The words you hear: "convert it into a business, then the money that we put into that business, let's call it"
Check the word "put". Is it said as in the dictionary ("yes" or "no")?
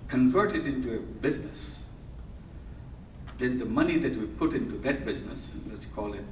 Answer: yes